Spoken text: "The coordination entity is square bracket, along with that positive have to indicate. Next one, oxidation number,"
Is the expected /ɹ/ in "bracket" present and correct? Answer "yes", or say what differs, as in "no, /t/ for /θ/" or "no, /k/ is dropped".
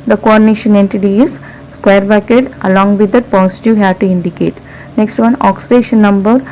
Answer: no, /ɹ/ is dropped